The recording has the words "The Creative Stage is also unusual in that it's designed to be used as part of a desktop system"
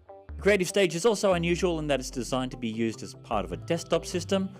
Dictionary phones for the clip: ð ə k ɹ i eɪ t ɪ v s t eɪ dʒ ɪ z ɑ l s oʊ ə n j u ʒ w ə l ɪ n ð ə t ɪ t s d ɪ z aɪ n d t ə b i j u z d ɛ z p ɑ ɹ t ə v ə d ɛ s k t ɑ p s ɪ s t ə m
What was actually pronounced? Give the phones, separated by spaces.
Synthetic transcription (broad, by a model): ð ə k ɹ i eɪ t ɪ v s t eɪ dʒ ɪ z ɑ l s oʊ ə n j u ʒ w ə l ɪ n ð ə t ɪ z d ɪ z aɪ n t ə b i j u z d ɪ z p ɑ ɹ t ə v ə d ɛ s t ɑ p s ɪ s t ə m